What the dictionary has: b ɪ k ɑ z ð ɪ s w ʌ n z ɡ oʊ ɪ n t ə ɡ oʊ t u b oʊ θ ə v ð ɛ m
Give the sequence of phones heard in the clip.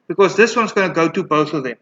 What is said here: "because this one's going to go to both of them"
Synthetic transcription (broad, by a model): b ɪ k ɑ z ð ɪ s w ʌ n z ɡ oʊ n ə ɡ oʊ t u b oʊ θ ə v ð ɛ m